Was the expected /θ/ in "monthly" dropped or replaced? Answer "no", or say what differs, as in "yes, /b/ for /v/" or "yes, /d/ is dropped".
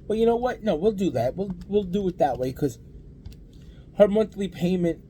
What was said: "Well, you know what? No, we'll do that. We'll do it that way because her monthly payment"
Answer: no